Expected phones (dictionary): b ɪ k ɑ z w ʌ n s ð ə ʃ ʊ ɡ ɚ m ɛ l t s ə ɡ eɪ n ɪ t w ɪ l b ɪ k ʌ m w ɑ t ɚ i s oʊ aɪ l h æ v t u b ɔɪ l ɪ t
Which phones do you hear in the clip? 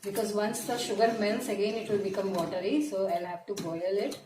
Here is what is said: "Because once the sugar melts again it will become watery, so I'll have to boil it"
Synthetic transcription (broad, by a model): b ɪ k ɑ z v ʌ n s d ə ʃ ʊ ɡ ɚ m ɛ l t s ə ɡ eɪ n ɪ t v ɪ l b ɪ k ʌ m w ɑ t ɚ i s oʊ aɪ l h æ v t u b ɔɪ l ɪ t